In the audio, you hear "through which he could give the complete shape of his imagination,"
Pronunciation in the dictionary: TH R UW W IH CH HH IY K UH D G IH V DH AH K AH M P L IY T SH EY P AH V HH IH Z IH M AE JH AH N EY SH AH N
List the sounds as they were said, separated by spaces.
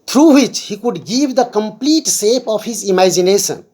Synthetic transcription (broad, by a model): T R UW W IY CH HH IY K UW D G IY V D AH K AH M P L IY T S EY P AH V HH IH Z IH M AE JH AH N EY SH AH N